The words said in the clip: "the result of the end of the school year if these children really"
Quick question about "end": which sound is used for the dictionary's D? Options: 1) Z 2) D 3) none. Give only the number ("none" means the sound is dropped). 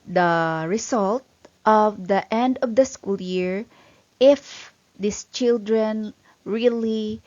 2